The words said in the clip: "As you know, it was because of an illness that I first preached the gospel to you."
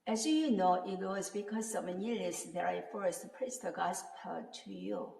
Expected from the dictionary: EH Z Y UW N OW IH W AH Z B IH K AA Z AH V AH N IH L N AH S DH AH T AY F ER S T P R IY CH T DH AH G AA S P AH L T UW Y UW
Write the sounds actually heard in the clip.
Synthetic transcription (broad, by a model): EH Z Y UW N OW IH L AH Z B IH K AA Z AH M AH N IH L AH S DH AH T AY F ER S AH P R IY S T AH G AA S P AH T UW Y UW